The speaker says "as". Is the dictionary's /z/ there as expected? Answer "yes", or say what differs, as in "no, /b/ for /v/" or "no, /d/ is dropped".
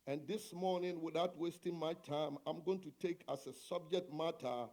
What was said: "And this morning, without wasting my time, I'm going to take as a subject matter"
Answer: no, /s/ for /z/